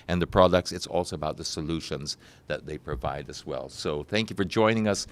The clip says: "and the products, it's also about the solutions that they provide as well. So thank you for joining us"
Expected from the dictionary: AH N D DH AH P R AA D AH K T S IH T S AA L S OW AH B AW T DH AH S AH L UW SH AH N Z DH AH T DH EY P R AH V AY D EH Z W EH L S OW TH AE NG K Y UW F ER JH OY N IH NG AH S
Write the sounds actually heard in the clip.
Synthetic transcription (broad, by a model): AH N DH AH P R AA D AH K T S IH T S AA L S OW AH B AW T DH AH S AH L UW SH AH N Z DH AH T DH EY P R AH V AY D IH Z W EH L S OW TH AE NG K Y UW F ER JH OY N IH NG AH S